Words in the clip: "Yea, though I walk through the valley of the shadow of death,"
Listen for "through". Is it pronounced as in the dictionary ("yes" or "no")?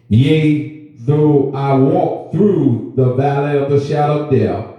yes